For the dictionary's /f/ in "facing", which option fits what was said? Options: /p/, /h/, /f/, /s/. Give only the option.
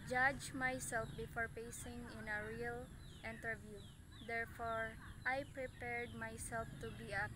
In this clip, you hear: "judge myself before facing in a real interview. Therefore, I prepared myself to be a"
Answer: /p/